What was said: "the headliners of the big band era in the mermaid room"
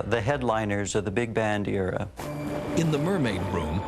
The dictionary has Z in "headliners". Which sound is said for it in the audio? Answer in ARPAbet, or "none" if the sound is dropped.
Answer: Z